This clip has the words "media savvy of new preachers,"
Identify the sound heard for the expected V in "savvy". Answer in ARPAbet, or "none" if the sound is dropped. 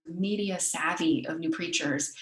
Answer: V